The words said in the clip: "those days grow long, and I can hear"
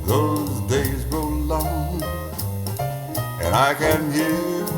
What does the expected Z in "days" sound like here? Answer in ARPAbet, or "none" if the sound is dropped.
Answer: Z